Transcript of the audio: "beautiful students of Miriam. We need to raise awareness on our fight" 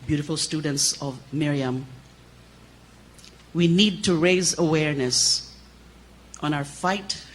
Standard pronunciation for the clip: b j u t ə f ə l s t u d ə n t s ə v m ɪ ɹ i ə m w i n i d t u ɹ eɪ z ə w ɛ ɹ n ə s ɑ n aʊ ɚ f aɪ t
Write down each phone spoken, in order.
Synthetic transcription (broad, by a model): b j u t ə f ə l s t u d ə n t s ə v m ɪ ɹ i ə m w i n i d t u ɹ eɪ z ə w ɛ ɹ n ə s ɑ n aʊ ɚ f aɪ t